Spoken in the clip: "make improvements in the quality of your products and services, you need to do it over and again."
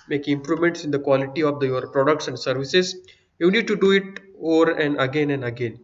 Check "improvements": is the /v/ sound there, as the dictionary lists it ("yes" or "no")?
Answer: no